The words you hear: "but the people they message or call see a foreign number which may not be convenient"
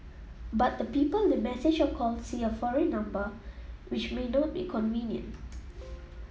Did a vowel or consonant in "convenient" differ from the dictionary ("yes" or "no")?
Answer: no